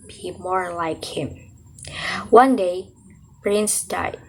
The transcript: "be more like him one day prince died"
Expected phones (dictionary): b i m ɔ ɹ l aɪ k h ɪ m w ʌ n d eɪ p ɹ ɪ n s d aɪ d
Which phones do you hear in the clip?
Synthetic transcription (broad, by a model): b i m ɔ ɹ l aɪ k h ɪ m w ʌ n d eɪ b ɹ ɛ n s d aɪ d